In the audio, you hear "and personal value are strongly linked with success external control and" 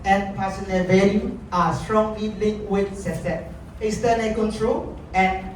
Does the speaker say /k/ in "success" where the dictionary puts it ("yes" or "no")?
no